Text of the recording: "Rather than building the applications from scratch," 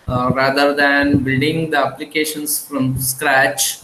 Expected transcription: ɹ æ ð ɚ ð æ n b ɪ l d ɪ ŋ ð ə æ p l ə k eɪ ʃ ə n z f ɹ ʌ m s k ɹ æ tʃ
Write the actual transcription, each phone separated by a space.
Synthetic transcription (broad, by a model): ɹ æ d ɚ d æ n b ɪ d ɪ ŋ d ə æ p l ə k eɪ ʃ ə n s f ɹ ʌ m s k ɹ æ tʃ